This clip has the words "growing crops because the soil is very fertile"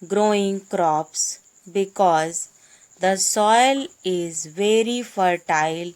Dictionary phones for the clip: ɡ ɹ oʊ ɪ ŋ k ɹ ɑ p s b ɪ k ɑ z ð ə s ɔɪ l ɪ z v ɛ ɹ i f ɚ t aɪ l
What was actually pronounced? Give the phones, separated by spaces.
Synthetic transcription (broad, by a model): ɡ ɹ oʊ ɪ ŋ k ɹ ɑ p s b ɪ k ɑ z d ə s ɔɪ l ɪ z v ɛ ɹ i f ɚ t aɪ l